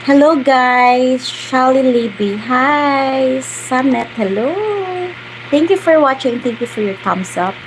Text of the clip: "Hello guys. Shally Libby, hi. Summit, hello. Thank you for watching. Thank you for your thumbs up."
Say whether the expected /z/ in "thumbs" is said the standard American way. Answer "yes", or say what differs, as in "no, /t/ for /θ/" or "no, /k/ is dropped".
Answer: no, /s/ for /z/